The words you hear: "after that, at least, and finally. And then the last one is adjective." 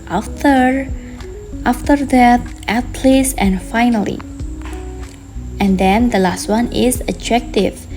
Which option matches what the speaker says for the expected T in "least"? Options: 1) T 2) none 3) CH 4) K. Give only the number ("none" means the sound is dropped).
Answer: 2